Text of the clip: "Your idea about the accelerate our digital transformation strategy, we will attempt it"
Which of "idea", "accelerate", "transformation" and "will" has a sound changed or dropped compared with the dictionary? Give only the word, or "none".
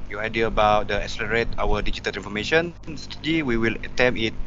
transformation